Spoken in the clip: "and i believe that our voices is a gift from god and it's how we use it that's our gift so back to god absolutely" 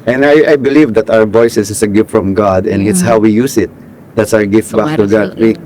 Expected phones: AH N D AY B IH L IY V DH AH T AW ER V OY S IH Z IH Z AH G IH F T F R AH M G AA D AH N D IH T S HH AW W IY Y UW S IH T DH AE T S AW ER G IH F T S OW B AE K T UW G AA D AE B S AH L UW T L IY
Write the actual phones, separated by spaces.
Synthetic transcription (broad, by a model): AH N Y AY B IH L IY V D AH T AW ER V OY S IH S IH S AH G IH F T F R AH M G AA D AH N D IH T S HH AW W IY Y UW S IH T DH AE T S AW ER G IH F T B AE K T UW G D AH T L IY